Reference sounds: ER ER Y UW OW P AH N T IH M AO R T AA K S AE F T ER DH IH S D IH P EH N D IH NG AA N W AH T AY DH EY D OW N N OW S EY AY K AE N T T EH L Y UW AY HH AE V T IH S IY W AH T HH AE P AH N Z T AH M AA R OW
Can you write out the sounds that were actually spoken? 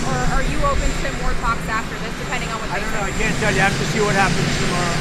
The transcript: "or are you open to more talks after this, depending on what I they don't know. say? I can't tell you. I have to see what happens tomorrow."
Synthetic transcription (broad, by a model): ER ER Y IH OW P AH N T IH M AO R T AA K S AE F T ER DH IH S D IH P EH N D IH NG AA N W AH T AY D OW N N OW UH AY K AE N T T EH L Y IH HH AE F T IH S IY W AH T HH AE P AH N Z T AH M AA R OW